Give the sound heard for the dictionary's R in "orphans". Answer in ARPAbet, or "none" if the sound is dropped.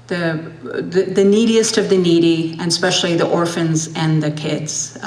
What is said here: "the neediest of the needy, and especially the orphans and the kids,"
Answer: R